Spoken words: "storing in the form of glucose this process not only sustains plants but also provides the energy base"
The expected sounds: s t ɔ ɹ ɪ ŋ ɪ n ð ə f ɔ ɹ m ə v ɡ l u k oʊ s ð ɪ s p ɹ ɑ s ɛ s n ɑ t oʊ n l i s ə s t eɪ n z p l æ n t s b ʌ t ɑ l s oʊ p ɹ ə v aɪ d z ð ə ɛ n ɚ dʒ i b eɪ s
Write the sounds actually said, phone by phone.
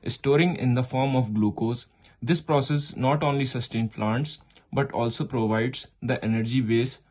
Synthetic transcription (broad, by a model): s t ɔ ɹ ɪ ŋ ɪ n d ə f ɔ ɹ m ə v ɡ l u k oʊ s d ɪ s p ɹ ɑ s ɛ s n ɑ t oʊ n l i s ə s t eɪ n p l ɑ n t s b ʌ t ɑ l s oʊ p ɹ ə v aɪ d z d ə ɛ n ɚ dʒ i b eɪ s